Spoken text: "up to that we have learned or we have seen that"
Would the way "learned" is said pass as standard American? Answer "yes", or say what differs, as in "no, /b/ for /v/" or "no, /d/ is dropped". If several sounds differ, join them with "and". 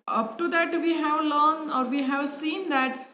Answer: no, /d/ is dropped